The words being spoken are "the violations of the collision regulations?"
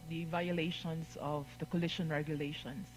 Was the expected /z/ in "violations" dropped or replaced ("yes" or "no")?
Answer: yes